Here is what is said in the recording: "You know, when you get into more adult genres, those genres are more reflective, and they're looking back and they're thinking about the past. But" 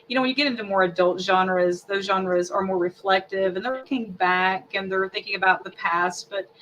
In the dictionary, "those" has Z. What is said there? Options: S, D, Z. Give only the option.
Z